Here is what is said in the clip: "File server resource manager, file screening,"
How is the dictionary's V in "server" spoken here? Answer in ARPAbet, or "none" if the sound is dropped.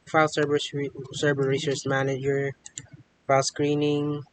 B